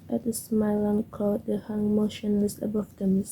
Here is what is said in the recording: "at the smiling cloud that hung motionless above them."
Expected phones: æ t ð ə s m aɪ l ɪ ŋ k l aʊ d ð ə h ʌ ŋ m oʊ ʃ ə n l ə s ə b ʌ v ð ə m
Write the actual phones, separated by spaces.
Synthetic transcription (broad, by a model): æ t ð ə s m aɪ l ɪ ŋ k ɔ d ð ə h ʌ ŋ m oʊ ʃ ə n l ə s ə b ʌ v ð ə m